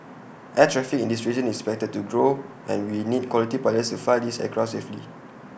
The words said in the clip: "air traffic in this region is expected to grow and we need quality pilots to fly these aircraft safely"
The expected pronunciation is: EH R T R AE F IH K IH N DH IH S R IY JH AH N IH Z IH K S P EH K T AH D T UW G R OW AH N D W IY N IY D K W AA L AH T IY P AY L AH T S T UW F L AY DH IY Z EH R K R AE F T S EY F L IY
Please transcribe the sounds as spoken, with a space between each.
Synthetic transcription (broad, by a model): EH T R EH F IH K IH N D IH S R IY AH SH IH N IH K S P EH K T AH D T UW G R OW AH N W IY N IY D K W AA L AH T IY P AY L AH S T UW F AY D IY S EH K R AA S EY F L IY